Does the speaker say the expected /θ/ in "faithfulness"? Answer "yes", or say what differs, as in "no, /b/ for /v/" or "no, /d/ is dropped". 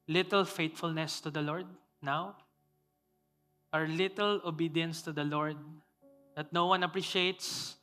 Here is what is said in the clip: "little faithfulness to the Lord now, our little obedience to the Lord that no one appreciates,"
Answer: no, /t/ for /θ/